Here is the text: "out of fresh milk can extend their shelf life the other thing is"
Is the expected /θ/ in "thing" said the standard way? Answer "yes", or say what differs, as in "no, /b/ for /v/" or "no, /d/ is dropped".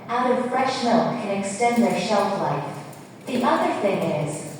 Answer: yes